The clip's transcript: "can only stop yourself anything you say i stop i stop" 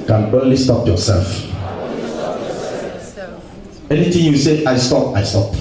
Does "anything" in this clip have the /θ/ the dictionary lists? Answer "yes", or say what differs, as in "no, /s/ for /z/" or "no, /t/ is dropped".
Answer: no, /t/ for /θ/